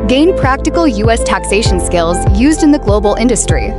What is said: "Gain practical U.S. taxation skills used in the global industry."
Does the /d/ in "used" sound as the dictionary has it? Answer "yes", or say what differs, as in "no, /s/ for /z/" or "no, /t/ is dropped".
yes